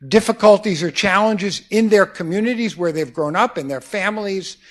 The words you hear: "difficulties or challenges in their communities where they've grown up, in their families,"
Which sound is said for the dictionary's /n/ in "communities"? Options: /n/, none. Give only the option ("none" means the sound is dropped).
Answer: /n/